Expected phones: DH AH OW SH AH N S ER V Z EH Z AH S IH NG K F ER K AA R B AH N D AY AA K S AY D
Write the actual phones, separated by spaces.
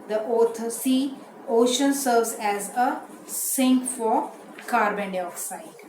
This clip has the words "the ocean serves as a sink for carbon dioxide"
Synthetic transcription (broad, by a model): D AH OW SH AH N S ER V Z EH Z AH S IH NG K F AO K AA R B AH N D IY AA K S AY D